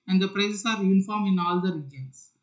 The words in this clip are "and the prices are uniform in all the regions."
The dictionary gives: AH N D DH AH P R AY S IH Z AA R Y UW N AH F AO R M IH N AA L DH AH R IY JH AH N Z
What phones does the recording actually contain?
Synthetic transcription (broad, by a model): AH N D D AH P R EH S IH S AA R Y UW N AH F AO R M IH N AA L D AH R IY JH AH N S